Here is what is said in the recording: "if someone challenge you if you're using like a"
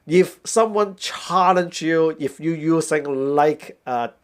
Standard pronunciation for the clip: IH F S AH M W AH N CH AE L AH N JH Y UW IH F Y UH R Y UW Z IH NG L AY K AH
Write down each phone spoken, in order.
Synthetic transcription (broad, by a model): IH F S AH M W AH N CH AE L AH N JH Y UW IH F Y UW Y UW S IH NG L AY K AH